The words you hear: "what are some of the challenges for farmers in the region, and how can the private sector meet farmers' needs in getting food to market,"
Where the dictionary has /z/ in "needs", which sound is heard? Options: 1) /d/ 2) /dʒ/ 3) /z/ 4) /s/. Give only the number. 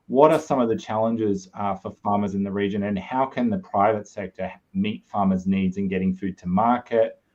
3